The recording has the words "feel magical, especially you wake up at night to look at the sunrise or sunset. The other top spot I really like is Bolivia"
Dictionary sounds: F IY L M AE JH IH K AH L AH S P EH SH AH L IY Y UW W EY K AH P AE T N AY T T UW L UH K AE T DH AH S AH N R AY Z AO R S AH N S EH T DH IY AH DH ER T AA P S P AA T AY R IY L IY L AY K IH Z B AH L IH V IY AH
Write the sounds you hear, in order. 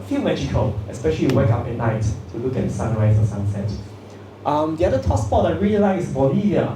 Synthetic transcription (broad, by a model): F IY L M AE JH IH K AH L AH S P EH SH AH L IY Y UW W EY K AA P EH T N AY T T UW L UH K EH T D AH S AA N R AY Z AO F S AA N S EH T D IY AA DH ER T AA S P AA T AY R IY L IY L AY IH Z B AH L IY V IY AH